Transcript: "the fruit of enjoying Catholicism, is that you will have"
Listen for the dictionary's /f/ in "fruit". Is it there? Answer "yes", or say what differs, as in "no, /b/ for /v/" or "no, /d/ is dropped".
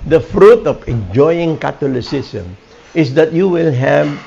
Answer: yes